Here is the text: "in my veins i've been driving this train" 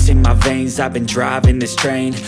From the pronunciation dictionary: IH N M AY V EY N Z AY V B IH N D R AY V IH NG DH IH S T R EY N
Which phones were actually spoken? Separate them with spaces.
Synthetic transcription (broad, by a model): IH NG M AY V EY N Z AY V B IH N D R AY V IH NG DH IH S T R EY N